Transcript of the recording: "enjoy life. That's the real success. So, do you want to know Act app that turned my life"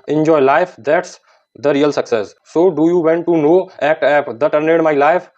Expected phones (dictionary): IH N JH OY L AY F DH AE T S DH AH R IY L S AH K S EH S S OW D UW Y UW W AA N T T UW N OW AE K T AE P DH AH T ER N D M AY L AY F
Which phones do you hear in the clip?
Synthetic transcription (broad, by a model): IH N JH OY L AY F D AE T S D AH R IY L S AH K S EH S S OW D UW Y UW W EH N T T UW N OW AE T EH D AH T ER N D M AY L AY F